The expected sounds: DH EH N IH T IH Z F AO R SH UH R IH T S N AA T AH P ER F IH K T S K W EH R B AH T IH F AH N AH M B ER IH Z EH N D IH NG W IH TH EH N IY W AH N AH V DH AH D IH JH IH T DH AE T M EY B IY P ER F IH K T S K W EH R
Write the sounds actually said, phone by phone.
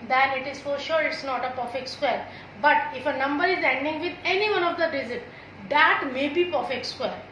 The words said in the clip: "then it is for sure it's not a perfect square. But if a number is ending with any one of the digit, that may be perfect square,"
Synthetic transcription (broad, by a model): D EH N IH T IH Z F AO R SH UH R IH T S N AA T AH P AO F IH K S K W EH R B AH T IH F AH N AH M B ER IH Z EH N D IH NG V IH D EH N IY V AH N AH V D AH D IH Z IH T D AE T M EY B IY P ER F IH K S K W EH R